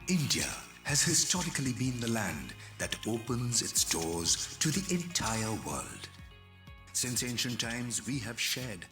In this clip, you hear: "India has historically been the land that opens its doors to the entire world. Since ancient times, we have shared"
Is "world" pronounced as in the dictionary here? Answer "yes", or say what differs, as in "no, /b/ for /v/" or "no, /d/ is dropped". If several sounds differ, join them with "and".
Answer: yes